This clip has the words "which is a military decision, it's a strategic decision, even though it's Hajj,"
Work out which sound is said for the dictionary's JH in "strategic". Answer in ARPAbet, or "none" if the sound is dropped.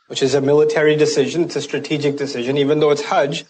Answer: JH